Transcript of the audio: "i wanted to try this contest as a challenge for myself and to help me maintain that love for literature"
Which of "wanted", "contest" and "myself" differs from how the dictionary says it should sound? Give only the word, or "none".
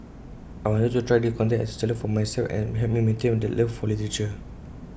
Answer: contest